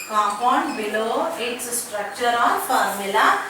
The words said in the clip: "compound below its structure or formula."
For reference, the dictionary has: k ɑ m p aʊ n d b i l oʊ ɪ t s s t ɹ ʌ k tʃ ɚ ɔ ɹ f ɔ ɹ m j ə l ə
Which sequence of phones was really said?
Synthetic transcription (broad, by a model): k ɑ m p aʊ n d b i l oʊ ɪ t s s t ɹ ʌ k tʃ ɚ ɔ l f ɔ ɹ m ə l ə